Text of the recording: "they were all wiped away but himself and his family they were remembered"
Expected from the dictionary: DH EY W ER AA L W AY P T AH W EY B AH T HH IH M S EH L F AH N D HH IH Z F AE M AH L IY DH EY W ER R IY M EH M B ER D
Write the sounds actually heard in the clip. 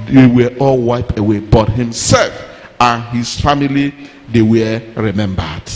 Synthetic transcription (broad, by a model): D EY W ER AA L W AY P AH W EY B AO T HH IH M S EH L F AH N HH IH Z F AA M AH L IY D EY W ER R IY M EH M B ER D